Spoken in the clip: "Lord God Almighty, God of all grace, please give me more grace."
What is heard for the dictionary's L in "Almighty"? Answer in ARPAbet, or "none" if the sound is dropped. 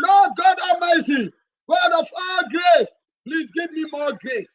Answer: none